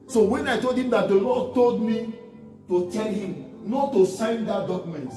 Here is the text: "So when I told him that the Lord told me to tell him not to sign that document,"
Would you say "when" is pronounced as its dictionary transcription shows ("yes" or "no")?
yes